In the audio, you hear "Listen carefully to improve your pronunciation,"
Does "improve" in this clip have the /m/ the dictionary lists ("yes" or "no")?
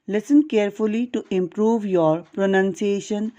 yes